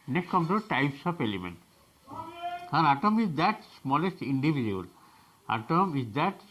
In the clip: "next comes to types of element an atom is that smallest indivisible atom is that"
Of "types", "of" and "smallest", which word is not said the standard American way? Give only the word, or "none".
of